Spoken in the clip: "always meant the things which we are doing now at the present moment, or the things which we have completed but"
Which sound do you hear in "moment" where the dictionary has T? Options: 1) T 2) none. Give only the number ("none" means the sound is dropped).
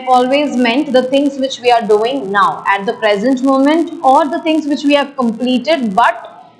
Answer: 1